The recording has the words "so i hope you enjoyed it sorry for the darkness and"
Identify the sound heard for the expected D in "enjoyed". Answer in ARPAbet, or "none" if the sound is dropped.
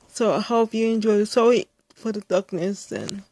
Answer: none